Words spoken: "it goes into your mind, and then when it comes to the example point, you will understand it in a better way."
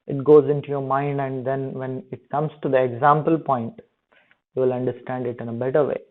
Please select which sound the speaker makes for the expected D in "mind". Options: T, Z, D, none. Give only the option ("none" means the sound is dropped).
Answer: D